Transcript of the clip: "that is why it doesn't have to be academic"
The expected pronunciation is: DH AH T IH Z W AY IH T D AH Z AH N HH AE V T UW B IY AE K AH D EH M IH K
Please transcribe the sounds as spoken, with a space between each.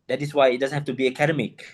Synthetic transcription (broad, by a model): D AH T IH S W AY IH T D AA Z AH N HH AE F T UW B IY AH K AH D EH M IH K